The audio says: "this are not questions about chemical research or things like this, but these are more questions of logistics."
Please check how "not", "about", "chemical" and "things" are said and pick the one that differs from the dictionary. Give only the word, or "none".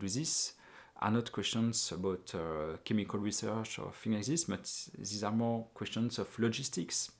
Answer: things